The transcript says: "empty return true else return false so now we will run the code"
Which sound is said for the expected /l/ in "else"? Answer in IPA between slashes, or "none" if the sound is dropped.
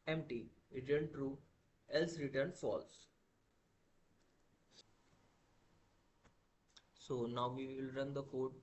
/l/